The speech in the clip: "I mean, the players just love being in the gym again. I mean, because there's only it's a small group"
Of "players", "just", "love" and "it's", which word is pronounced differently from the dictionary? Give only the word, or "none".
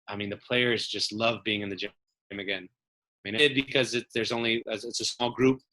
none